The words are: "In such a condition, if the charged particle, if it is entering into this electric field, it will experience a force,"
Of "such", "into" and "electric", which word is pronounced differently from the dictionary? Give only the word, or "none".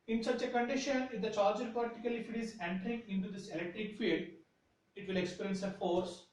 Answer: none